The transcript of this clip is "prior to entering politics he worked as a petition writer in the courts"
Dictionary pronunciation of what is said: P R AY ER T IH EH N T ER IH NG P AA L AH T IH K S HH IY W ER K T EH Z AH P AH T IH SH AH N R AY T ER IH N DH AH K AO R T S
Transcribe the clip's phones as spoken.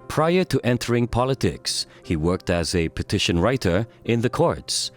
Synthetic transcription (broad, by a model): P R AY ER T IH EH N T ER IH NG P AA L AH T IH K S HH IY W ER K T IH Z AH P AH T IH SH AH N R AY T ER IH N DH AH K AO R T S